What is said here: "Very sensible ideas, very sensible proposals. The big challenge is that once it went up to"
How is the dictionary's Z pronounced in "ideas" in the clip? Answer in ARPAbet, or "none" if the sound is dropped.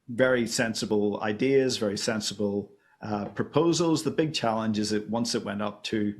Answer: Z